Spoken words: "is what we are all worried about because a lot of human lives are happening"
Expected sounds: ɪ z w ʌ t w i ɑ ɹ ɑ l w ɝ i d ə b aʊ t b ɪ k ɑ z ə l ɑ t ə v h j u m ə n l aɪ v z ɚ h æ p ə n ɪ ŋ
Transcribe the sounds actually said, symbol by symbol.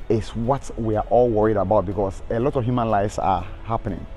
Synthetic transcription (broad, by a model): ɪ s w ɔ t w i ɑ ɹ ɑ l w ɝ i d ə b aʊ t b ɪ k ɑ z ə l ɑ t ə v h j u m ə n l aɪ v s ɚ h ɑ p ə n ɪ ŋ